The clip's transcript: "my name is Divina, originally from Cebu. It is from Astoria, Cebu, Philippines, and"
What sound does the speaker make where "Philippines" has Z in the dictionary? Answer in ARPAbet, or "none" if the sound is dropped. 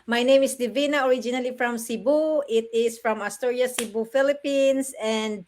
S